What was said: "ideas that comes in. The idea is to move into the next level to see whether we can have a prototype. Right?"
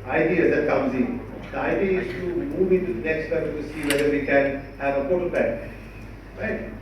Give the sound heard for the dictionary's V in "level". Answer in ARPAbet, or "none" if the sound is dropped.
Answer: none